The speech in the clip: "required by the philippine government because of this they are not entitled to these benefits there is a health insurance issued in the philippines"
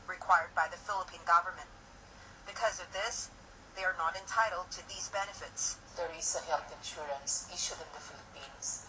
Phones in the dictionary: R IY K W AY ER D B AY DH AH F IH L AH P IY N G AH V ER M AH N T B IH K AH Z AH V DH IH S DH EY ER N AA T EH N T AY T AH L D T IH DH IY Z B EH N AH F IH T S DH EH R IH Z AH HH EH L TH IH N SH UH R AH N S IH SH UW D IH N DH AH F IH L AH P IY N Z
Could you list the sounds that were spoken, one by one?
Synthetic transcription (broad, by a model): R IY K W AY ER D B AY DH AH F IH L AH P IY N G AH V ER M AH N T B IH K AH Z AH V DH IH S DH EY ER N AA T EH N T AY T L D T IH DH IY Z B EH N AH F IH T S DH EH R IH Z AH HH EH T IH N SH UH R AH N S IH SH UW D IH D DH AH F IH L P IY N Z